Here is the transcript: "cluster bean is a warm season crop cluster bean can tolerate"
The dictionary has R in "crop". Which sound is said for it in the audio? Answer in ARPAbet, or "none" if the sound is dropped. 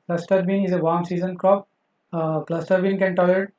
R